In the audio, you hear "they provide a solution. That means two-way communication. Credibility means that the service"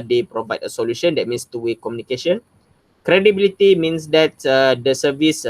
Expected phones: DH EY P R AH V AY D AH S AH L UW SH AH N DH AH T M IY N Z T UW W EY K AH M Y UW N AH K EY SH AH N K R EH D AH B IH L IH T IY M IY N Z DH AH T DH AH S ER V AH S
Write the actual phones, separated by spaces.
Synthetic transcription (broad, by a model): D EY P R AH V AY D AH S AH L UW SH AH N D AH T M IY N S T UW W EY K AH M Y UW N AH K EY SH AH N K R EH D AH B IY L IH T IY M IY N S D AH T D AH S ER V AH S